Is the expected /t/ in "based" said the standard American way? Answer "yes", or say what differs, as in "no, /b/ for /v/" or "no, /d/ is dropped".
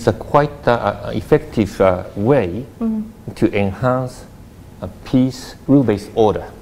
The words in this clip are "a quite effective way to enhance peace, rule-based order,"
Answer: no, /t/ is dropped